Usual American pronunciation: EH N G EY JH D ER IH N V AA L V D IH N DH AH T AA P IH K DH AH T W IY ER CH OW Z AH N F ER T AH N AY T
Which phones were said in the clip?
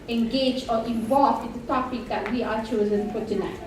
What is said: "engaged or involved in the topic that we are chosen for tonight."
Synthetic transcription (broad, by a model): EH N G EY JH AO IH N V AA L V IH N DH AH T AA P IH K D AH T W IY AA CH OW Z AH N P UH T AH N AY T